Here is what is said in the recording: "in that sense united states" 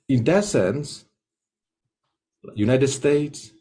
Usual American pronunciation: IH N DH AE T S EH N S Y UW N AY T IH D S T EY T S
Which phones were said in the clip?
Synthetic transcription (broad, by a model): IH N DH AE T S EH N S Y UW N AY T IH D S T EY T S